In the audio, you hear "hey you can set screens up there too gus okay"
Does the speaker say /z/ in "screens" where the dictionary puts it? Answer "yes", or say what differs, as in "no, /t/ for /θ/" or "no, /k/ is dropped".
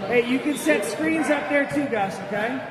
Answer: yes